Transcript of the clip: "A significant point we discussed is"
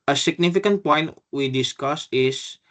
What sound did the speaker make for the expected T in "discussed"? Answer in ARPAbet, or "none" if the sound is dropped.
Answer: none